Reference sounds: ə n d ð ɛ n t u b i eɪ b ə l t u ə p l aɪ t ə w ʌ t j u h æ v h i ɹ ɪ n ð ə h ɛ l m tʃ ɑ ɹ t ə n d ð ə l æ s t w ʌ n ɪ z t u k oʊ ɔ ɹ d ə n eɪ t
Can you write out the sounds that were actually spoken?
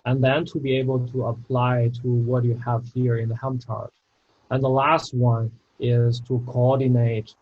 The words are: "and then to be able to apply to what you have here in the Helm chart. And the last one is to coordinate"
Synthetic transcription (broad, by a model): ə n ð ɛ n t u b i eɪ b ə l t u ə p l aɪ t ə w ʌ t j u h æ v h i ɹ ɪ n ð ə h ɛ m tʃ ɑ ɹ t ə n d ð ə l æ s t w ʌ n ɪ z t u k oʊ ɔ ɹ d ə n eɪ t